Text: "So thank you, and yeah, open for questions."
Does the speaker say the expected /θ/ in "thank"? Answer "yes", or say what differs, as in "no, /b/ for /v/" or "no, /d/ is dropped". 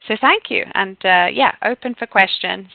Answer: yes